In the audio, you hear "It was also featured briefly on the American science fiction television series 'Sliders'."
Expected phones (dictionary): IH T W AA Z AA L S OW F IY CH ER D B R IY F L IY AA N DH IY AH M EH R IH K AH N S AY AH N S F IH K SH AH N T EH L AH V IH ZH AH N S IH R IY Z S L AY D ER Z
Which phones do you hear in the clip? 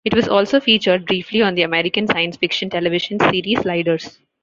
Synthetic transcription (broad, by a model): IH T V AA Z AA L S OW F IY CH ER D B R IY F L IY AA N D IY AH M EH R IH K AH N S AY AH N S F IH K SH AH N T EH L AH V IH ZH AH N S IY R IY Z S L AY D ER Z